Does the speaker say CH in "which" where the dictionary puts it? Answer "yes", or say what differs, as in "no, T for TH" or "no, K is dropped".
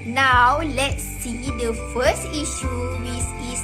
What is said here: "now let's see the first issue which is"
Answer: no, S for CH